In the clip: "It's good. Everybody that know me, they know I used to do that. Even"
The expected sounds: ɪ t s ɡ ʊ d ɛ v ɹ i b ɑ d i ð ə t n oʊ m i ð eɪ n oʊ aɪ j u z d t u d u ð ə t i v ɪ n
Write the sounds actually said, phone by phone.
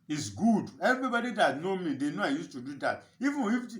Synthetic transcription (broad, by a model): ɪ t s ɡ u d ɛ v ɹ i b ɑ d i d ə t n oʊ m i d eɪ n oʊ aɪ j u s t u d u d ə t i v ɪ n